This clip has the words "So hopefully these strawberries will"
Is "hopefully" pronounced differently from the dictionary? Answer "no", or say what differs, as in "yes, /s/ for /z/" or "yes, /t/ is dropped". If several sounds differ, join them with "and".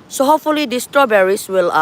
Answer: yes, /p/ is dropped